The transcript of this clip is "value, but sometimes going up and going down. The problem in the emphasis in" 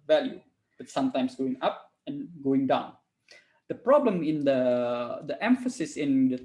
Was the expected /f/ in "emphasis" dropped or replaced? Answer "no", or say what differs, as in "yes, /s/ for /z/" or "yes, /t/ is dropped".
no